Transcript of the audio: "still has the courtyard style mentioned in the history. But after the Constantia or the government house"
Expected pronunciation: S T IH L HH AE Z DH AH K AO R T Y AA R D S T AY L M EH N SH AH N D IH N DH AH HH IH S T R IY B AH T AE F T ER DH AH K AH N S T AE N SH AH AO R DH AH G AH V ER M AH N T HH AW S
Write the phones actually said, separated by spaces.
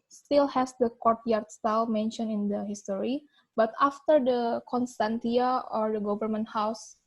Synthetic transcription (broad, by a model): S T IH L HH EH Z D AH K AO R T Y AA R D S T AY L M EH N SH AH N IH N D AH HH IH S T R IY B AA T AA F T ER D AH K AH N S T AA N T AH AO R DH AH G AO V ER M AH N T HH AW S